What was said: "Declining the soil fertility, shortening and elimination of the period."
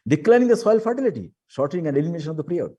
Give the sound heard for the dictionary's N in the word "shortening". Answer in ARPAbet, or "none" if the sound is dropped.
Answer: none